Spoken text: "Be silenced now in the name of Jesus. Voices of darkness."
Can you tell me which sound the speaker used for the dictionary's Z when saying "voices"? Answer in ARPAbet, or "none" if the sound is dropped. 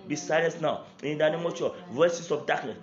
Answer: S